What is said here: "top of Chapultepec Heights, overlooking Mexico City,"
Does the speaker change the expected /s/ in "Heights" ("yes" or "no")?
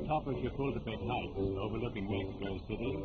yes